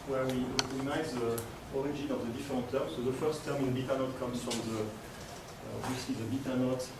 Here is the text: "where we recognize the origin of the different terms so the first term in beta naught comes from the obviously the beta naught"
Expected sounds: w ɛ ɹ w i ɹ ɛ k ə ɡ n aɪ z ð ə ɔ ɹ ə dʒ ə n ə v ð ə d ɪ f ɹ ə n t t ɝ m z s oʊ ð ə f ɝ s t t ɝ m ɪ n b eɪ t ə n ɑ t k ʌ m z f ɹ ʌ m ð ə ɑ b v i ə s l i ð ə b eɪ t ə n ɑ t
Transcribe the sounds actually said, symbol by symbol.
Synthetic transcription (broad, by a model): w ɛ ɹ w i w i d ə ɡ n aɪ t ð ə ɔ ɹ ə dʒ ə n ə v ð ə d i f ɹ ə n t t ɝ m s oʊ ð ə f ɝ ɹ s t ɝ m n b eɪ t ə n ɑ t k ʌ m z f ɹ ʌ m ð ə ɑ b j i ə s l i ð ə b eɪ t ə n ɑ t